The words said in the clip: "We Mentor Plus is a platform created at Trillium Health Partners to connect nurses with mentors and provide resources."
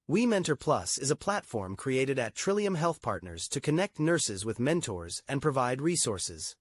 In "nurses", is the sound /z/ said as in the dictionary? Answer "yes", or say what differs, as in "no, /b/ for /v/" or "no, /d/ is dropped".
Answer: yes